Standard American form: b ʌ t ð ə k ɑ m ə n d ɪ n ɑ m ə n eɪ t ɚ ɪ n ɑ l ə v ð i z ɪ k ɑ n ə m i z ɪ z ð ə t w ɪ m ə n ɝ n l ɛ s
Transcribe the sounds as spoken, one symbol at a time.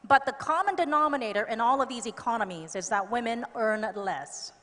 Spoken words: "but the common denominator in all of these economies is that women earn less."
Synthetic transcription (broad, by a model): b ʌ t ð ə k ɑ m ə n d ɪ n ɑ m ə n eɪ t ɚ ɪ n ɑ l ə v ð i z ɪ k ɑ n ə m i z ɪ z ð ə t w ɪ m ə n ɝ n l ɛ s